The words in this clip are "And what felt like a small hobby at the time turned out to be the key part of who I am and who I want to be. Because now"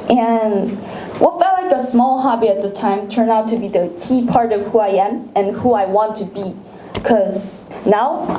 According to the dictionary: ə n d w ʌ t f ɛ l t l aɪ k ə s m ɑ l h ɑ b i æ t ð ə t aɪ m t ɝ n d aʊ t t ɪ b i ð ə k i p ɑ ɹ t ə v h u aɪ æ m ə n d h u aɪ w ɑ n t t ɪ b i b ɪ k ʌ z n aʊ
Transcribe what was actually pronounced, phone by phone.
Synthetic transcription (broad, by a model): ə n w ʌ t f ɛ l t l aɪ k ə s m ɑ l h ɑ b i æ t ð ə t aɪ m t ɝ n aʊ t t ɪ b i ð ə k i p ɑ ɹ t ə v h u aɪ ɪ m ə n h u aɪ w ɑ n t t ɪ b i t k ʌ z n aʊ